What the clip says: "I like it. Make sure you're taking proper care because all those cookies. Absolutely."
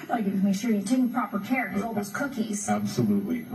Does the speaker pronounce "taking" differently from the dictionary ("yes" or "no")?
yes